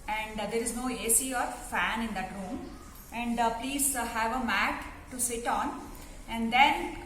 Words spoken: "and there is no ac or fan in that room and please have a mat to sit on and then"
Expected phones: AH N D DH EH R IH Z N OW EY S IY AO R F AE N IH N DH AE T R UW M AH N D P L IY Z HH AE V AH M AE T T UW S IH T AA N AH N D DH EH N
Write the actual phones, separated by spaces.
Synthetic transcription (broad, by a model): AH N D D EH R IH Z N OW EY S IY AO R F AE N IH N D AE T R UW M AH N D P L IY Z HH AE V AH M AE T T UW S IH T AA N AH N D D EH N